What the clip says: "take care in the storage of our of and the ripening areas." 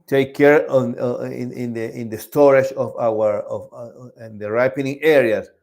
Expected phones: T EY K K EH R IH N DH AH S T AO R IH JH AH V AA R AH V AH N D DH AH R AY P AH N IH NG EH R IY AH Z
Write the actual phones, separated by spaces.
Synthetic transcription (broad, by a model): T EY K K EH R IH N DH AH S T AO R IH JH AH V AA W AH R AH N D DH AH R AY P AH N IH NG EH R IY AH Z